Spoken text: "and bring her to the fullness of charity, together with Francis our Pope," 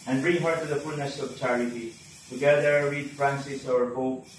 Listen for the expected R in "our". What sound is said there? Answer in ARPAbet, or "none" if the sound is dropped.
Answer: R